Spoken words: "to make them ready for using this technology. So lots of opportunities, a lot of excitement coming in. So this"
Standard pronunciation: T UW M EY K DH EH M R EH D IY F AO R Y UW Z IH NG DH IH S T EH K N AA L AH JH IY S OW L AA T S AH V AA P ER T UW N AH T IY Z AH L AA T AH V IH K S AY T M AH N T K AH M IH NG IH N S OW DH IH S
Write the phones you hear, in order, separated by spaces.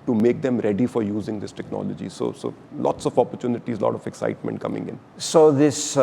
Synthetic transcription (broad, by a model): T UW M EY K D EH M R EH D IY F AO R Y UW Z IH NG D IH S T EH K N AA L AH JH IY S OW L AA T S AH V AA P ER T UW N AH T IY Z L AA T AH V IH K S AY T M AH N T K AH M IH NG IH N S OW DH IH S